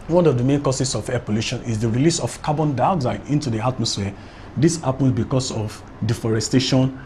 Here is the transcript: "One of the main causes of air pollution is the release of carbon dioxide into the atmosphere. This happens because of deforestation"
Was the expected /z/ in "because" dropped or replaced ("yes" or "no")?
yes